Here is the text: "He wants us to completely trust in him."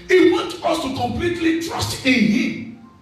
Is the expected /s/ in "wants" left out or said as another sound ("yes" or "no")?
yes